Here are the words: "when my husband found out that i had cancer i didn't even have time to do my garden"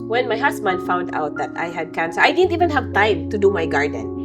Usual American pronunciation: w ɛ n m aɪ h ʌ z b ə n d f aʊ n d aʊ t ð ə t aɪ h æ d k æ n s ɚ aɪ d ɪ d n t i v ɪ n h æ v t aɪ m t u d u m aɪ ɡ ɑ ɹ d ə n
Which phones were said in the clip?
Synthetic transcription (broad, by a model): w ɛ n m aɪ h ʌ s b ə n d f aʊ n d aʊ t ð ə t aɪ h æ d k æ n s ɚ aɪ d ɪ d n t i v ɪ n h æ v t aɪ m t u d u m aɪ ɡ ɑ ɹ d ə n